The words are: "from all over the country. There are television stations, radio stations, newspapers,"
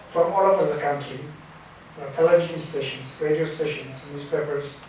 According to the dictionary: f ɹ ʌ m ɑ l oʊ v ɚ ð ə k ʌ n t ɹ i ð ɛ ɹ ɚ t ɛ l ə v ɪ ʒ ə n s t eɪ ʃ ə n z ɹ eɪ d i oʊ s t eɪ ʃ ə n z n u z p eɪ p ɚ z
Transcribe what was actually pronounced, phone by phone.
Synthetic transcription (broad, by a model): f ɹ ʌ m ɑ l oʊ p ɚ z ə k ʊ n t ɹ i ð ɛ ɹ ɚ t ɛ l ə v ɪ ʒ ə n s t eɪ ʃ ə n z ɹ eɪ d i oʊ s t eɪ ʃ ə n z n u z p eɪ p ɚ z